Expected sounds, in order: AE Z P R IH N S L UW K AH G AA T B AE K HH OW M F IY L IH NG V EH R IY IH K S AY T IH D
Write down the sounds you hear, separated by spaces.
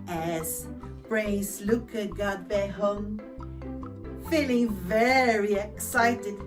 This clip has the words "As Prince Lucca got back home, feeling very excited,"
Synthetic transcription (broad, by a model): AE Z B R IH S L UW K AH G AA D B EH HH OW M F IY L IH NG V EH R IY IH K S AY T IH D